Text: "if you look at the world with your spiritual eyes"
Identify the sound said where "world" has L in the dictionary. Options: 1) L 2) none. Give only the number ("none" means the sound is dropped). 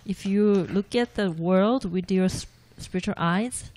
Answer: 1